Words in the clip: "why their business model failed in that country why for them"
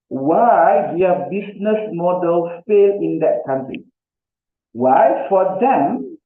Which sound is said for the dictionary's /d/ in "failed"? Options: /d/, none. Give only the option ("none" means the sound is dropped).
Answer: none